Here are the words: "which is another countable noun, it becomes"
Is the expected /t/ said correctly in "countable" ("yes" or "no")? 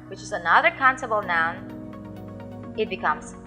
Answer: no